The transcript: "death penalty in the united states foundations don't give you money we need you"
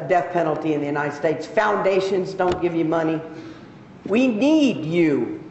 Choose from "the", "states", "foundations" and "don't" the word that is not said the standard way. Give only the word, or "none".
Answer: none